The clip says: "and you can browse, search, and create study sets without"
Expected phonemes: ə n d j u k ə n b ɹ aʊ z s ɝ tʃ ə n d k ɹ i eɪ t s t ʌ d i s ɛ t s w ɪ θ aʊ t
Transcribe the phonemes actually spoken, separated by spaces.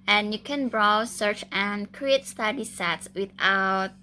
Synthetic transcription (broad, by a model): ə n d j u k ə n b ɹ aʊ s ɝ tʃ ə n k ɹ i eɪ t s t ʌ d i s ɛ t s w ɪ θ aʊ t